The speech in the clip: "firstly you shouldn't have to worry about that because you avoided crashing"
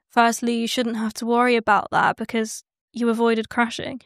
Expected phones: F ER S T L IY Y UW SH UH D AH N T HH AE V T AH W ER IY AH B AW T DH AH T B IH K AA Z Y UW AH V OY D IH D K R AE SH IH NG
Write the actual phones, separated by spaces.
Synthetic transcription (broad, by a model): F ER S T L IY Y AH SH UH D N T HH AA F T AH W ER IY AH B AW T DH AH T B IH K AA Z Y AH AH V OY D IH D K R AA SH IH NG